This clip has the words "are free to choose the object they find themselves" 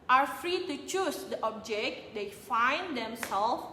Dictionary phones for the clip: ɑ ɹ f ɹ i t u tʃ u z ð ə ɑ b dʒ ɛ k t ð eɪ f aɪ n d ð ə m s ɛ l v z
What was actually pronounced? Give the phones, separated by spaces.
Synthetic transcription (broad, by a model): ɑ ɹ f ɹ i t u tʃ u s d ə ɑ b dʒ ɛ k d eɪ f aɪ n d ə m s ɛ l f